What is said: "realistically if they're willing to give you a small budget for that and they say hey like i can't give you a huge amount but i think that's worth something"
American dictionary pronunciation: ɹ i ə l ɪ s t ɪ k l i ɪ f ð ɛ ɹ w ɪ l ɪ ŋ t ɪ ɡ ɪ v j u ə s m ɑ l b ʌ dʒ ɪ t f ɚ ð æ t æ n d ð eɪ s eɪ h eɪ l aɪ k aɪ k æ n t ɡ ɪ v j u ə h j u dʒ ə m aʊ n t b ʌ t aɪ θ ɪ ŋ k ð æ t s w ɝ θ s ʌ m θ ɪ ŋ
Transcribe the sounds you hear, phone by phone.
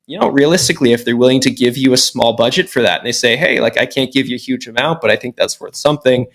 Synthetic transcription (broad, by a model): ɹ i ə l ɪ s t ɪ k l i ɪ f ð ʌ ɹ w ɪ l ɪ ŋ t ɪ ɡ ɪ v j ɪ ə s m ɑ l b ʌ dʒ ɪ t f ɚ ð æ t n ð eɪ s eɪ h eɪ l aɪ k aɪ k æ n ɡ ɪ v j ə h j u dʒ ə m aʊ n t b ʌ t aɪ θ ɪ ŋ k ð æ t s w ɝ θ s ʌ m θ ɪ ŋ